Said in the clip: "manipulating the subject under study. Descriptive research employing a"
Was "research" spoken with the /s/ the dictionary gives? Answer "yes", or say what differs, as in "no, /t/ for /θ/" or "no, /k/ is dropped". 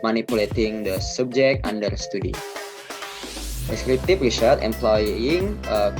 no, /ʃ/ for /s/